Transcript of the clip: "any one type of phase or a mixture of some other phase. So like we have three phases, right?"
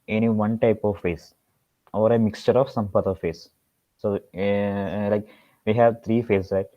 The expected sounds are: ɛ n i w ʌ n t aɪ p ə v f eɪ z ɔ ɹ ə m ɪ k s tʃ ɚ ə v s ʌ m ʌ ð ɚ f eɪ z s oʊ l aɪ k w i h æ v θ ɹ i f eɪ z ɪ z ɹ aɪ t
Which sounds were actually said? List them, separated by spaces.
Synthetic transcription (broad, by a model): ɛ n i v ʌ n t aɪ p ə v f eɪ s ɔ ɹ ə m ɪ k s tʃ ɚ ə v s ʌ m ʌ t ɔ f eɪ s oʊ l aɪ k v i h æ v t ɹ i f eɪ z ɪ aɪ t